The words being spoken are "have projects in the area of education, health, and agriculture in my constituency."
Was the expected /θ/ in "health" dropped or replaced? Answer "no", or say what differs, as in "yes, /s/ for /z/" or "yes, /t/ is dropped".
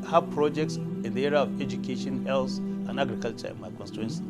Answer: yes, /s/ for /θ/